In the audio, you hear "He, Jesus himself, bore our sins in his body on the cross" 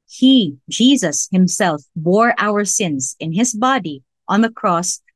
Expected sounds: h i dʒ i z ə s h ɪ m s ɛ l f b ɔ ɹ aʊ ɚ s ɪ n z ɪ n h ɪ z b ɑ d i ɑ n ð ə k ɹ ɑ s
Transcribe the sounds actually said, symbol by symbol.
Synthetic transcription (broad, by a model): h i dʒ i z ə s h ɪ m s ɛ l f b ɔ ɹ aʊ ɚ s ɪ n z ɪ n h ɪ z b ɑ d i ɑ n ð ə k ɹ ɑ s